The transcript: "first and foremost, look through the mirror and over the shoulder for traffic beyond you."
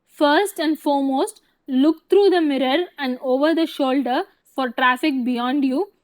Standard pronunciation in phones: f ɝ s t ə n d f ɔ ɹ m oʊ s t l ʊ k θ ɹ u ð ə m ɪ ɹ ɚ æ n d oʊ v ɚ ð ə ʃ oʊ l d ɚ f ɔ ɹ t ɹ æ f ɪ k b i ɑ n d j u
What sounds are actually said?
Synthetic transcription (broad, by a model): f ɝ s t ə n d f ɔ ɹ m oʊ s t l ʊ k t ɹ u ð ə m ɪ ɹ ɚ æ n d oʊ v ɚ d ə ʃ oʊ l d ɚ f ɔ ɹ t ɹ æ f ɪ k b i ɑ n d j u